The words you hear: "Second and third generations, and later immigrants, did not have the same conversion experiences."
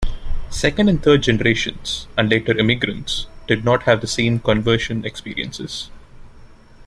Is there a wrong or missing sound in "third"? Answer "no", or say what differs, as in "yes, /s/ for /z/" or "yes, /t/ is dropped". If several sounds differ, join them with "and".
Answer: yes, /t/ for /θ/